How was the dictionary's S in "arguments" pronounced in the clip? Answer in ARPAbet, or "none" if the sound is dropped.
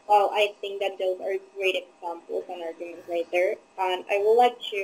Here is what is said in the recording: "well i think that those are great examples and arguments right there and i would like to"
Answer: none